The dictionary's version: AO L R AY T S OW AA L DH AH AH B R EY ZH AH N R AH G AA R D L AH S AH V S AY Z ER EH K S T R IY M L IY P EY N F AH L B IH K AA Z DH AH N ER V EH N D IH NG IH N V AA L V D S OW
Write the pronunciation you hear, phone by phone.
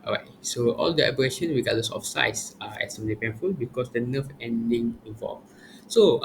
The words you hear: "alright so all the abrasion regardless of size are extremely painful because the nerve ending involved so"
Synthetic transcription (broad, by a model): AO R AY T S OW AA L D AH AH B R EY SH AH N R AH G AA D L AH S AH F S AY S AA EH S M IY L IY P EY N F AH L B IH K AA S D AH N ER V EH N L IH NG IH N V AA L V S OW